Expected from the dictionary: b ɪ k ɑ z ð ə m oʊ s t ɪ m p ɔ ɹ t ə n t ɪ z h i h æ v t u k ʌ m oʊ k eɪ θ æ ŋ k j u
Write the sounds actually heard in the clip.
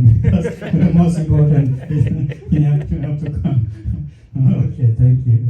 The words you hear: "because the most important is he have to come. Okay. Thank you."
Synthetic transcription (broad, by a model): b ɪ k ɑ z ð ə m oʊ s t ɪ m p ɔ ɹ t ə n t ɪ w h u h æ p t u k ʌ m oʊ k eɪ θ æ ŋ k j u